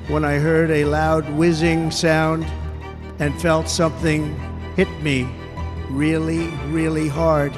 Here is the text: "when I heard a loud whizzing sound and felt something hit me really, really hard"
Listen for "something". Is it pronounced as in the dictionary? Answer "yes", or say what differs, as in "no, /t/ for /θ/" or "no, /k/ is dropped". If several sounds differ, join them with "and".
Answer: yes